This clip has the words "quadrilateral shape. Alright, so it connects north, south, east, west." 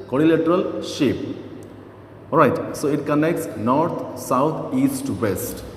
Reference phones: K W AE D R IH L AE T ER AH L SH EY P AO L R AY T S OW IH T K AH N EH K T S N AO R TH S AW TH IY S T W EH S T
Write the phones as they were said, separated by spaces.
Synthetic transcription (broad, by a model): K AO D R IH L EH T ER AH L SH EY P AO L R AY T S OW IH T K AH N EH K T S N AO R T S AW T IY S T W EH S T